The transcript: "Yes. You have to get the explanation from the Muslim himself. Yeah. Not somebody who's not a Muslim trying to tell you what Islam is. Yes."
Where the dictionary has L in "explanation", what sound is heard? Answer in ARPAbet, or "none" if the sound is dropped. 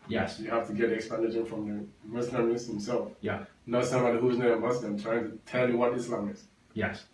none